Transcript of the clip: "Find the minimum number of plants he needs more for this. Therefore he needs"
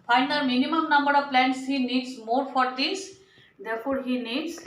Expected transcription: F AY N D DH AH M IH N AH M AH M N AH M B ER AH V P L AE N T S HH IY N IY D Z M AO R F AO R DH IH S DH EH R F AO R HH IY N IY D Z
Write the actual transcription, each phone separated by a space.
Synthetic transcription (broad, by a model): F AY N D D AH M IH N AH M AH M N AH M B ER AH V P L AE N T S HH IY N IY D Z M AO R F AO R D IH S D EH R F AO R HH IY N IY D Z